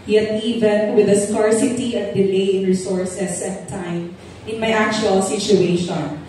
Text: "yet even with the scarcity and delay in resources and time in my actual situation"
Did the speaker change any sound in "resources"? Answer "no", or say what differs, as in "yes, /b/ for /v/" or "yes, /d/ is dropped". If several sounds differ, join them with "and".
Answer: yes, /s/ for /z/